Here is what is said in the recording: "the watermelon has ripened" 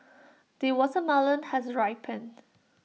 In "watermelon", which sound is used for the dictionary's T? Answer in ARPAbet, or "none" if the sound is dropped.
S